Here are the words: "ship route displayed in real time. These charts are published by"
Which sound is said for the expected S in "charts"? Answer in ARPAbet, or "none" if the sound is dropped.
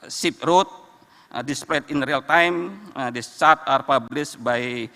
none